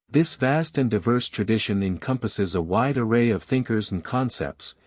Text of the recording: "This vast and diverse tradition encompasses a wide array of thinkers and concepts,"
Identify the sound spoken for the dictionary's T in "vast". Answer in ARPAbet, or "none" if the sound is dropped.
T